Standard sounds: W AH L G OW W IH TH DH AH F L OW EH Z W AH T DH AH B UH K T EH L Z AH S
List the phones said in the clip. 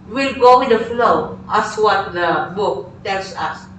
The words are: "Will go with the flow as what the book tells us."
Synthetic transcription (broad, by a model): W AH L G OW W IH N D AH F L OW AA S W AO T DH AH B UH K T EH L S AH S